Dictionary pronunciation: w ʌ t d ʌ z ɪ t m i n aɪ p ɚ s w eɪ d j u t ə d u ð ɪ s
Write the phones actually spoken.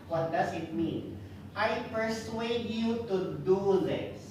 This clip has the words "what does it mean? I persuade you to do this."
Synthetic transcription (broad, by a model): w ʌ t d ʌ s ɪ t m i n aɪ p ɚ s w eɪ d j u t ə d u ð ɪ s